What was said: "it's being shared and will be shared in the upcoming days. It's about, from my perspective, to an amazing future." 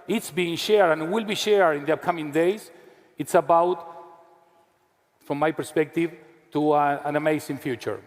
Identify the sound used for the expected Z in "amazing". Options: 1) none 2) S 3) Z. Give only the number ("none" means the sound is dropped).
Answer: 2